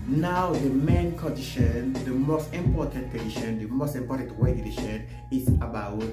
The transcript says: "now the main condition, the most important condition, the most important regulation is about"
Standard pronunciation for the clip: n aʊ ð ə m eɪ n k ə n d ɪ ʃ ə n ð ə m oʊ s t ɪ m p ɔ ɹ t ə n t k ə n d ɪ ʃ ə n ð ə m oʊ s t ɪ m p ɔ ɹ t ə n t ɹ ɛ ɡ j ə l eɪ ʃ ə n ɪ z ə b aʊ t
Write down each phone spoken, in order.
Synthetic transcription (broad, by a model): n aʊ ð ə m eɪ n k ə n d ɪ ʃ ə n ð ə m oʊ s t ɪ m p ɔ t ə n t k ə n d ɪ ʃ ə n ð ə m oʊ s t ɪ m p ɔ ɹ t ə n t w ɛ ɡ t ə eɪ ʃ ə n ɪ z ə b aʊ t